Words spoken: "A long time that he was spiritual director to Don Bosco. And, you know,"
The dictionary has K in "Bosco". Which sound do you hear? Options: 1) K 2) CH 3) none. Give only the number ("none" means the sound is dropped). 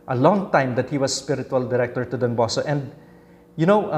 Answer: 3